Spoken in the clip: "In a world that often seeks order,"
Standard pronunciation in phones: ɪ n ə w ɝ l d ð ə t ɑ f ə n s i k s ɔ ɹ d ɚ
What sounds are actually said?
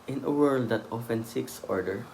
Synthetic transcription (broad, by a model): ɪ n ə w ɝ l d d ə t ɑ f ə n s i k s ɔ ɹ d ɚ